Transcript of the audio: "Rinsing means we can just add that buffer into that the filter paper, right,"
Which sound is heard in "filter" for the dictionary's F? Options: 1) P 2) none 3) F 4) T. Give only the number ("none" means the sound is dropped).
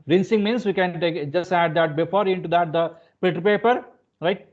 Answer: 1